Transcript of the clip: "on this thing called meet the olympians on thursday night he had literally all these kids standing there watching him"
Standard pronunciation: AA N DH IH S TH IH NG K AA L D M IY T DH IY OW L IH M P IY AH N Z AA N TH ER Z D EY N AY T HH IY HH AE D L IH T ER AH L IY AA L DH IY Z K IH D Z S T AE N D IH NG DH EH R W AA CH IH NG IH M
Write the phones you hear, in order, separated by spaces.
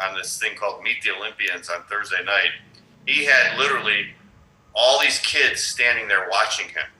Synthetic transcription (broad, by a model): N DH IH S TH IH NG K AA L D M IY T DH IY OW L IH M P IY AH N Z N TH ER Z D EY N AY T HH IY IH D L IH T ER L IY AA L DH IY Z K IH D Z S T AE N D IH NG DH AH R W AA CH IH NG IH M